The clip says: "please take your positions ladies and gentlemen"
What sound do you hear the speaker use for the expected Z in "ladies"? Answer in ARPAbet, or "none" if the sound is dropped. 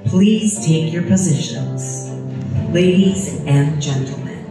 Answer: Z